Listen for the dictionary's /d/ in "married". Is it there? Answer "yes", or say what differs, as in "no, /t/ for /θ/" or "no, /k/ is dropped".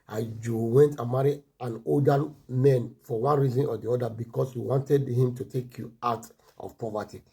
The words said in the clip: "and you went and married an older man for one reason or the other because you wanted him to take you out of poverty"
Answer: no, /d/ is dropped